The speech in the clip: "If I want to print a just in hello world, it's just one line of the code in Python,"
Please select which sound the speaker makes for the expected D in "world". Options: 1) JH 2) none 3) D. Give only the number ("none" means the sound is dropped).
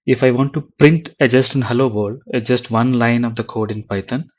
2